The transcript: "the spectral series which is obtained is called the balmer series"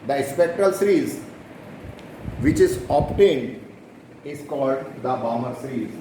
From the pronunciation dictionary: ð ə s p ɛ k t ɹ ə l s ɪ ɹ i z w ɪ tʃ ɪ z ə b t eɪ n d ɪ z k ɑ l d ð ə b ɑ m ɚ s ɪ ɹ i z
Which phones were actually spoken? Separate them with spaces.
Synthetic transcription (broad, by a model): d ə s p ɛ k t ɹ ə l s ɹ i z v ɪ tʃ ɪ z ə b t eɪ n d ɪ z k ɑ l d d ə b ɑ m ɚ s ɹ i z